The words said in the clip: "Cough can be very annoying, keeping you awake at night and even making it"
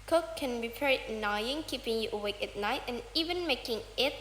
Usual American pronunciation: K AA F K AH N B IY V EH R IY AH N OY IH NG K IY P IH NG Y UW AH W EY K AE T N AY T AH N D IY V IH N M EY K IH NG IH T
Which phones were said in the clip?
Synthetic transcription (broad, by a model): K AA K AH N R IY P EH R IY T N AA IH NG K IY P IH NG Y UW AH W EY K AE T N AY T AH N IY V IH N M EY K IH NG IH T